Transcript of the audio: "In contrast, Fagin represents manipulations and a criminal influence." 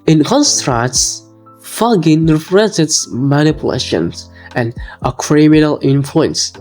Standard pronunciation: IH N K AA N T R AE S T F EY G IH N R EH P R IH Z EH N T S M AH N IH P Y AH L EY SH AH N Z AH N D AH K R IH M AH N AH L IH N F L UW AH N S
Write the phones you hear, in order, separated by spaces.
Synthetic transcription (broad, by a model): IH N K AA N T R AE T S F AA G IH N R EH F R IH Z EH T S M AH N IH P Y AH L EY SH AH N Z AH N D AH K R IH M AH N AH L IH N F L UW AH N S